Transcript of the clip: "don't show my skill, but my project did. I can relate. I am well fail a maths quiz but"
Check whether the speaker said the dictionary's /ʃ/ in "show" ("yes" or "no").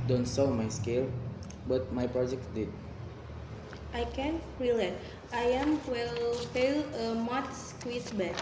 no